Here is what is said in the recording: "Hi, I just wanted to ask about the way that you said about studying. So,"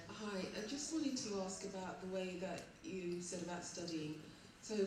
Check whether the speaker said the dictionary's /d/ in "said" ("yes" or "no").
yes